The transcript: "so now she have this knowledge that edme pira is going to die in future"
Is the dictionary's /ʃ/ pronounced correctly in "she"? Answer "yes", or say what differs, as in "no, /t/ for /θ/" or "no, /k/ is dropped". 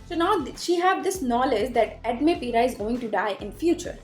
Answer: yes